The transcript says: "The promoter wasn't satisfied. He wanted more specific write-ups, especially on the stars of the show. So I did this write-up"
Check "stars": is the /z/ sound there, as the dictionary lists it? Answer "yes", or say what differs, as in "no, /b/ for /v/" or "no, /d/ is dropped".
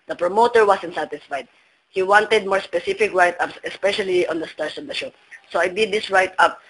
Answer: no, /s/ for /z/